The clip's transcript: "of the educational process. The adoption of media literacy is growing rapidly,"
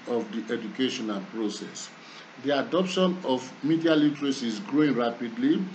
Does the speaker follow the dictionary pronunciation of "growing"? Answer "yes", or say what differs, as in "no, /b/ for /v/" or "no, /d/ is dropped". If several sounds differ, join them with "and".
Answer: yes